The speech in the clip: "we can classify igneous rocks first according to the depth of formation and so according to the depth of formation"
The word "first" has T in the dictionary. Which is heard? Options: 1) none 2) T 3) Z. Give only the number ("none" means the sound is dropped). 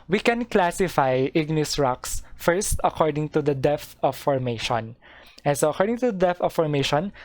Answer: 2